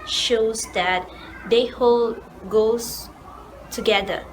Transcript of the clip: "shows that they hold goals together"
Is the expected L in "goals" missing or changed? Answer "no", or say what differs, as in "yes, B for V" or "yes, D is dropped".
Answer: yes, L is dropped